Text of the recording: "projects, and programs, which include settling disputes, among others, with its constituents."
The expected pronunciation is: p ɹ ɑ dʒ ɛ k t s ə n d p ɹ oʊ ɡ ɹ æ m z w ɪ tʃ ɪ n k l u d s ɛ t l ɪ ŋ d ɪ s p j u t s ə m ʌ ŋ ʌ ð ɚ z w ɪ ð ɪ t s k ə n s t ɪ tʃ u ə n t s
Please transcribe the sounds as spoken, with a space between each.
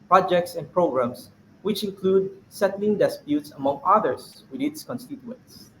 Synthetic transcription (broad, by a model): p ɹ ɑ dʒ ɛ k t s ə n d p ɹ oʊ ɡ ɹ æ m s w ɪ tʃ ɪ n k l u d s ɛ t l ɪ ŋ d ɪ s p j u t s ə m ʌ ŋ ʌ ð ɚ s w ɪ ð ɪ t s k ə n s t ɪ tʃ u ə n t s